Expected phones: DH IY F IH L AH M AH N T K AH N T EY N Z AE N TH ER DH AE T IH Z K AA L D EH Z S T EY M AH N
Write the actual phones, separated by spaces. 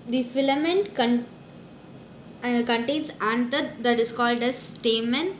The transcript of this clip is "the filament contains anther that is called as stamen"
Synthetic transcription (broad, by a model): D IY F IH L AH M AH N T K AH N T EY N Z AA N T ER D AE T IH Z K AA L D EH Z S T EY M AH N